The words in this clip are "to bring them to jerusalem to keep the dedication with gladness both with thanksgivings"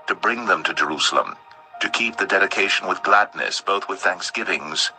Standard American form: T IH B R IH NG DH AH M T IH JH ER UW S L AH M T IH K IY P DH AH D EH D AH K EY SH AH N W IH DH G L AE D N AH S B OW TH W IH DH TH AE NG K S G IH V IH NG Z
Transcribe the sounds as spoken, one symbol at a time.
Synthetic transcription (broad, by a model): T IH B R IH NG DH AH M T IH JH ER UW S L AH M T IH K IY P DH AH D EH D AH K EY SH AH N W IH DH G L AE D N AH S B OW TH W IH DH TH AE NG K S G IH V IH NG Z